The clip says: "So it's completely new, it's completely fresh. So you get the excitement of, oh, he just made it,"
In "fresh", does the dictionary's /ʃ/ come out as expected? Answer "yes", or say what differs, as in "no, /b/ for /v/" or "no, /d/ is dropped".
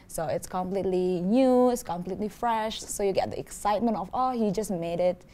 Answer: yes